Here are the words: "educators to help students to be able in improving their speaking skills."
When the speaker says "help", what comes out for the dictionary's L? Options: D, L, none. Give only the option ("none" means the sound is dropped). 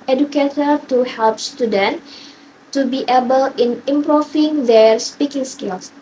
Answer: L